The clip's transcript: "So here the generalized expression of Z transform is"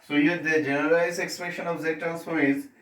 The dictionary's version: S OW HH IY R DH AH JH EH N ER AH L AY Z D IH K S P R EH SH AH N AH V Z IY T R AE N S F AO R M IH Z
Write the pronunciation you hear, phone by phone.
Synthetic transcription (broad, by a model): S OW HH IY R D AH JH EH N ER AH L AY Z IH K S P R EH SH AH N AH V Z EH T AE L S AO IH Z